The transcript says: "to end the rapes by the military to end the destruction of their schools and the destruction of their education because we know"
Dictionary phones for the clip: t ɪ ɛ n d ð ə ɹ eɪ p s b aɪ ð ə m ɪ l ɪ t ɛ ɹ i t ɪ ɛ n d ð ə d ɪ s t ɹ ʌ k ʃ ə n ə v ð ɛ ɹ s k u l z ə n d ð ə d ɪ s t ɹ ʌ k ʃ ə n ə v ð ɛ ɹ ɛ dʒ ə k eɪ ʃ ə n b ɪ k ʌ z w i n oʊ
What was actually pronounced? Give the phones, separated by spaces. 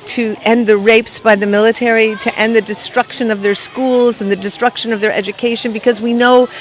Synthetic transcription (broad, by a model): t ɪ ɛ n ð ə ɹ eɪ p s b aɪ ð ə m ɪ l ɪ t ɛ ɹ i t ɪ ɛ n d ð ə d ɪ s t ɹ ʌ k ʃ ə n ə v ð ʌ ɹ s k u l z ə n ð ə d ɪ s t ɹ ʌ k ʃ ə n ə v ð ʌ ɹ ɛ dʒ ə k eɪ ʃ ə n b ɪ k ʌ z w i n oʊ